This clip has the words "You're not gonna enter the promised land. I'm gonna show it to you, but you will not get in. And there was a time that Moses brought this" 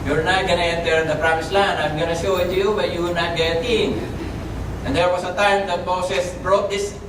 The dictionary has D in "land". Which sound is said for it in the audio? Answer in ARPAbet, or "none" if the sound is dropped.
none